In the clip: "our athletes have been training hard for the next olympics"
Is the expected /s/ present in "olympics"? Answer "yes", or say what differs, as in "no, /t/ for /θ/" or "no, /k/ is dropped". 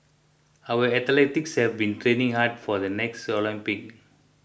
no, /s/ is dropped